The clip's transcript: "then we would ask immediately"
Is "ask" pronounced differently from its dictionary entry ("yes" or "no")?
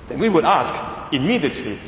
no